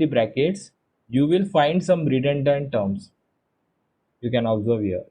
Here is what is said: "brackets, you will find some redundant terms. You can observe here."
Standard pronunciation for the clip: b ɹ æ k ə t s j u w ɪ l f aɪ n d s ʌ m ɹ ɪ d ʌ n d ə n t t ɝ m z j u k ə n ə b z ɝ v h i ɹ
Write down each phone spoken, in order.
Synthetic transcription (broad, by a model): b ɹ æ k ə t s j u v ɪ l f aɪ n d s ʌ m ɹ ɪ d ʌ n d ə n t t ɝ m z j u k ə n ə b z ɝ v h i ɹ